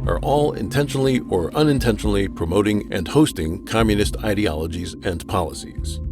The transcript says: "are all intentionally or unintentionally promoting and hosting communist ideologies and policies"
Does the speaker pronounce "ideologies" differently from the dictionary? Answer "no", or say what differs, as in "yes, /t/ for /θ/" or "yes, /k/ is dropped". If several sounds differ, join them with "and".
no